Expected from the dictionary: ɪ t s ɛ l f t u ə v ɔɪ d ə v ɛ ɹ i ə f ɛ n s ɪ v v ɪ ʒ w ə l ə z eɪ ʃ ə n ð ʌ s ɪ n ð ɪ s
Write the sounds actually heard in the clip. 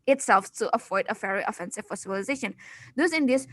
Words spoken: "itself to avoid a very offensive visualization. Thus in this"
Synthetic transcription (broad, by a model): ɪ t s ɛ l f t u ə f ɔɪ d ə f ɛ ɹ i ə f ɛ n s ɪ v f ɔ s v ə l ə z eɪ ʃ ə n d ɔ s ɪ n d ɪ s